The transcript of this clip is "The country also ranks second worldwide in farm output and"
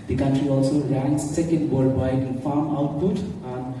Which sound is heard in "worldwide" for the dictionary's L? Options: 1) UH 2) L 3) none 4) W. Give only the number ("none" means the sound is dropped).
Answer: 3